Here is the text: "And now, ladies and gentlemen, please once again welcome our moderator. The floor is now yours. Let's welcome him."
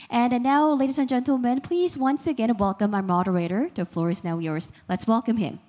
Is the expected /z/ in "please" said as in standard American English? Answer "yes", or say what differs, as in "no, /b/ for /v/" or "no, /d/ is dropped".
yes